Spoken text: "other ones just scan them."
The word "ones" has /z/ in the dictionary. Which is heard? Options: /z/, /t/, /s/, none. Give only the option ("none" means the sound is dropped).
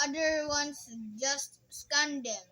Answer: /s/